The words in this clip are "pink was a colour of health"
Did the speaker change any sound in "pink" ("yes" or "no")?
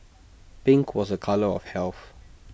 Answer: yes